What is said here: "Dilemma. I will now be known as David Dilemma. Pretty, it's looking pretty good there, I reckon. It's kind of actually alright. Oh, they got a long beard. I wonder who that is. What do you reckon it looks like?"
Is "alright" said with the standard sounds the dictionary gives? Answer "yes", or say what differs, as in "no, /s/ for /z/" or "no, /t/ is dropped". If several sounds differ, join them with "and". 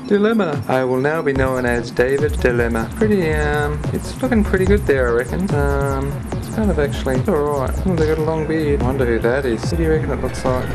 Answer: no, /l/ is dropped